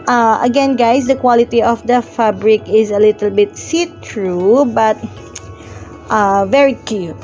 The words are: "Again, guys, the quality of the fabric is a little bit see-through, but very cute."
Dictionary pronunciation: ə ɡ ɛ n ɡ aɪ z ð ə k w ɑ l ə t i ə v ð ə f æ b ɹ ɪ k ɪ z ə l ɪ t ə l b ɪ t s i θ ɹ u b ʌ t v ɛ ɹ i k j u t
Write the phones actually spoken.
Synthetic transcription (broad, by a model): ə ɡ ɛ n ɡ aɪ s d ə k w ɑ l ə t i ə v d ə f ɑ b ɹ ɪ k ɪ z ə l ɪ t ə l b ɪ t s i t ɹ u b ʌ t v ɛ ɹ i k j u t